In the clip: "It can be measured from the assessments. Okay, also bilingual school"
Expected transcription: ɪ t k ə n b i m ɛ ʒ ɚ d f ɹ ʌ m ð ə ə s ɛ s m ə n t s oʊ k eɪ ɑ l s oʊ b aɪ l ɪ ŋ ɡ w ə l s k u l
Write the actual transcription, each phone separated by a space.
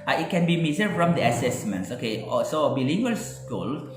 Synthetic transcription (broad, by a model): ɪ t k ə n b i m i z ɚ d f ɹ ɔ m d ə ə s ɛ s m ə n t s oʊ k eɪ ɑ s oʊ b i l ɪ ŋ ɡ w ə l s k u l